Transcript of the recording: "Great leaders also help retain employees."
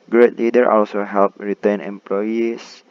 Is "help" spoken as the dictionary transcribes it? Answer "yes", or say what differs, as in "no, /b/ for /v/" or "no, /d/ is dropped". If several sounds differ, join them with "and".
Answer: yes